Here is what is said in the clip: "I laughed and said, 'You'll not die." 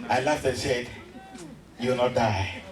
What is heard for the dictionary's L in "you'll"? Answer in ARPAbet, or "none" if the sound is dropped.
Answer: W